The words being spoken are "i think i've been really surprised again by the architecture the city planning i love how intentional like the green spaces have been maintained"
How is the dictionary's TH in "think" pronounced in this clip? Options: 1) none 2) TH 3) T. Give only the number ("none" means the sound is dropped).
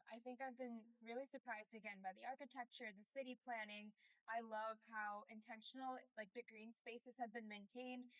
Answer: 2